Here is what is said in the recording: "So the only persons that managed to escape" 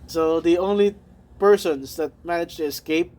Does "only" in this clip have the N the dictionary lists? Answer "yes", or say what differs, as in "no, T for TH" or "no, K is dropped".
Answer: yes